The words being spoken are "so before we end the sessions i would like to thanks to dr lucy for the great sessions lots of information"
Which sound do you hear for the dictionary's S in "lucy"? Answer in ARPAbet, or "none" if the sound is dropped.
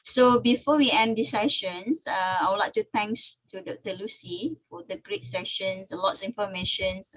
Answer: S